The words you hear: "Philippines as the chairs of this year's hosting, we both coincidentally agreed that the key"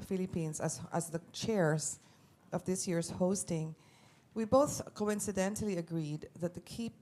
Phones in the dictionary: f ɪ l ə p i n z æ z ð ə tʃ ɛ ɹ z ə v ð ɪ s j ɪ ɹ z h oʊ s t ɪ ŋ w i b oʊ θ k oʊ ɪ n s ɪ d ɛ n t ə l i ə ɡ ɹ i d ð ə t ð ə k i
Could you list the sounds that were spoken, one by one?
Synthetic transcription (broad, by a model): f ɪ l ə p i n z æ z ð ə tʃ ɛ ɹ z ə v ð ɪ s j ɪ ɹ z h oʊ s t ɪ ŋ w i b oʊ θ k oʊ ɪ n s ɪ d ɛ n t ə l i ə ɡ ɹ i d ð ə t ð ə k i